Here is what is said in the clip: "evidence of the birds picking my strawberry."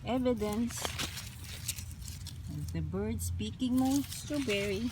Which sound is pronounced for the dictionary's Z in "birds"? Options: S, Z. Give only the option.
S